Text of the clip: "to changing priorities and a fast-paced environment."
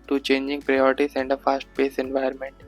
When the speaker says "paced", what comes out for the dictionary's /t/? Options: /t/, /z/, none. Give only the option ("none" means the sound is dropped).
none